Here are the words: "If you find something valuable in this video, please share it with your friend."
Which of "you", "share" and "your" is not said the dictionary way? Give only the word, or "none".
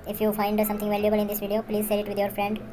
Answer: share